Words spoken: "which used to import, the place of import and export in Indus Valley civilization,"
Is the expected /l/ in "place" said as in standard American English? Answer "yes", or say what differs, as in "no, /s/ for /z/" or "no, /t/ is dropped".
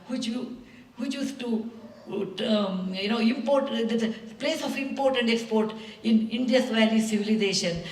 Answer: yes